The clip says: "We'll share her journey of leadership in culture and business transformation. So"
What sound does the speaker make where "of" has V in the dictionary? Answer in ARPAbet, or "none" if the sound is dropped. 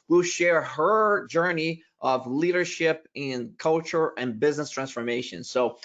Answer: V